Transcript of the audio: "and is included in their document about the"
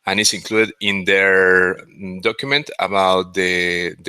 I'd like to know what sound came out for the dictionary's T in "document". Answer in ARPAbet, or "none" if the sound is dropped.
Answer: T